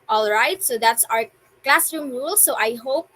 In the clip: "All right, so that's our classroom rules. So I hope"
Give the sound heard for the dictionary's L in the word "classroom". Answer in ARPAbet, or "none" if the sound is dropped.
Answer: L